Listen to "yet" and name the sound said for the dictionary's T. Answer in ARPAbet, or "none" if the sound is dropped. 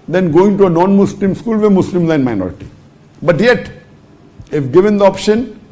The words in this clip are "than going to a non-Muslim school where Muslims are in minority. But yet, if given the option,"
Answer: T